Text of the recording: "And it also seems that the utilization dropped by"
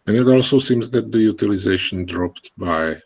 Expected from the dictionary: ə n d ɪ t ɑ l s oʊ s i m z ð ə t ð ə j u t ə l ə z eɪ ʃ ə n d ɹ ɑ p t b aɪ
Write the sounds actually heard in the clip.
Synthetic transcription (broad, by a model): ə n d ɪ t ɑ l s oʊ s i m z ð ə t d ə j u t ə l ə z eɪ ʃ ə n d ɹ ɑ p t b aɪ